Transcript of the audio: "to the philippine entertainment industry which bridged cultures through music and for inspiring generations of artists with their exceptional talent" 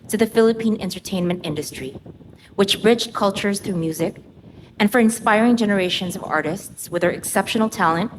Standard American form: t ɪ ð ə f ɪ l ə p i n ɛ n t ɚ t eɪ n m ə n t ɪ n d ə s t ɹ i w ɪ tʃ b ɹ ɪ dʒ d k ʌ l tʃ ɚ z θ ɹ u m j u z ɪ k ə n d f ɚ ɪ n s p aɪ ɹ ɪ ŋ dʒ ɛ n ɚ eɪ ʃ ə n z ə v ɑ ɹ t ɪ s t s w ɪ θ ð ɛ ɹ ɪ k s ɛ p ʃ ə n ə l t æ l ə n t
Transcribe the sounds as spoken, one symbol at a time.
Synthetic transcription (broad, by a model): t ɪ ð ə f ɪ l ə p i n ɛ n t ɚ t eɪ n m ə n t ɪ n d ə s t ɹ i w ɪ tʃ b ɹ ɪ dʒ k ʌ l tʃ ɚ z θ ɹ u m j u z ɪ k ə n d f ɚ ɪ n s p aɪ ɹ ɪ ŋ dʒ ɛ n ɚ eɪ ʃ ə n z ə v ɑ ɹ t ɪ s t s w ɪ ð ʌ ɹ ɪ k s ɛ p ʃ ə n l t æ l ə n t